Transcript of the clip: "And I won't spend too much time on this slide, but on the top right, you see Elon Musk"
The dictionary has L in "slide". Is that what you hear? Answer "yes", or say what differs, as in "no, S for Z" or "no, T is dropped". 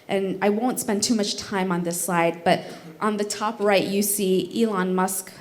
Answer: no, L is dropped